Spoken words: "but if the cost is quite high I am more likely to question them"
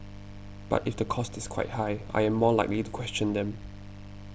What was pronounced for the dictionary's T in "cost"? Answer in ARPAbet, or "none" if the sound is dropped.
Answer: T